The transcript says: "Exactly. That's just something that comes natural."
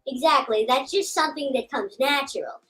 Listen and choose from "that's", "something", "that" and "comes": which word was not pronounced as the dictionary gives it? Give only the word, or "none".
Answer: none